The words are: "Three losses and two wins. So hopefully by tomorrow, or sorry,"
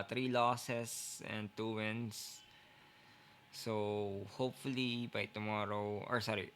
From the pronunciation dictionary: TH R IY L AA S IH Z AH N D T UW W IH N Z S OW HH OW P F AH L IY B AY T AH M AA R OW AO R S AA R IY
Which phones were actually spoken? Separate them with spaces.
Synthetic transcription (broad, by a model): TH R IY L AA S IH S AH N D T UW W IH N S OW HH OW P F AH L IY B AY T AH M AA R OW AO R S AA R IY